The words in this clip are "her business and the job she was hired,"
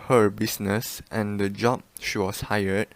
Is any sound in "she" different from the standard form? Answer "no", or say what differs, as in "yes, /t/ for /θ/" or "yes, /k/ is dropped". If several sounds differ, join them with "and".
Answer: no